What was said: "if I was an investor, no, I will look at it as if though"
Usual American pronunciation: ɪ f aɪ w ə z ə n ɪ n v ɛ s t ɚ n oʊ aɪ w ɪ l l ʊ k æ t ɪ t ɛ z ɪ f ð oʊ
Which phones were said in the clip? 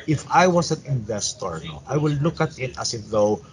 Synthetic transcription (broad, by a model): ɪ f aɪ w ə s ə n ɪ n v ɛ s t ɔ n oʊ aɪ w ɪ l l ʊ k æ t ɪ t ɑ s ɪ f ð oʊ